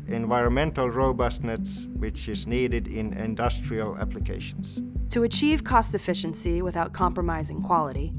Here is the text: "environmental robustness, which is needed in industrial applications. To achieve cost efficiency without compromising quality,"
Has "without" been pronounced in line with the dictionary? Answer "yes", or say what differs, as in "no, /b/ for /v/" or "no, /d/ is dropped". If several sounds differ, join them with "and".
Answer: yes